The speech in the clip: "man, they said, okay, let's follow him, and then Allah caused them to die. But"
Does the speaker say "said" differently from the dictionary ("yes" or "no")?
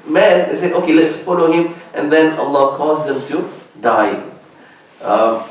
yes